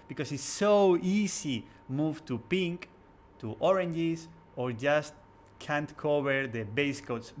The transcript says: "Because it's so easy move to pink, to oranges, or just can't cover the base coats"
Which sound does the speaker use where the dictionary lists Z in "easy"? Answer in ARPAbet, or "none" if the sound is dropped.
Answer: S